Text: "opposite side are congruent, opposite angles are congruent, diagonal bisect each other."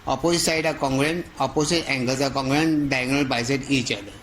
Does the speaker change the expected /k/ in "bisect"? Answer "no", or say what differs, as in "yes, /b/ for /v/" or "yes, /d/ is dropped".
yes, /k/ is dropped